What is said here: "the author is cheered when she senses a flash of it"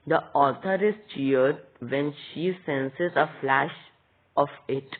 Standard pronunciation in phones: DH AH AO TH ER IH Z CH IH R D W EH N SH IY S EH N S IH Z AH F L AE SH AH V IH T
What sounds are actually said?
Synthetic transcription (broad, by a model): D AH AO T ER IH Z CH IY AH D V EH N SH IY S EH N S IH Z AH F L AE SH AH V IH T